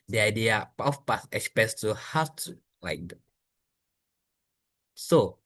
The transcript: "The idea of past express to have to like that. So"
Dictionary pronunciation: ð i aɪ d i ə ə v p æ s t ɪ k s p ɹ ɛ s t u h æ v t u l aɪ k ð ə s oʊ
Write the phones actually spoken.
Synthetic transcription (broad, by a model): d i aɪ d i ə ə f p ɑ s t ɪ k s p ɛ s t u h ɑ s t u l aɪ k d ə s oʊ